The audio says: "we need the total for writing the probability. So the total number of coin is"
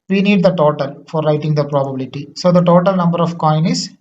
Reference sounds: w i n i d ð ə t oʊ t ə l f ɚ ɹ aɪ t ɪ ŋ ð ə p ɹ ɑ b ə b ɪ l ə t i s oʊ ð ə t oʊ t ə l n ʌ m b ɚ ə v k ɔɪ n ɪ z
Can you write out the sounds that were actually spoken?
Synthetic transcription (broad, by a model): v i n i d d ə t oʊ t ə l f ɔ ɹ aɪ t ɪ ŋ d ə p ɹ ɑ b ə b ɪ l ə t i s oʊ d ə t oʊ t ə l n ʌ m b ɚ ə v k ɔɪ n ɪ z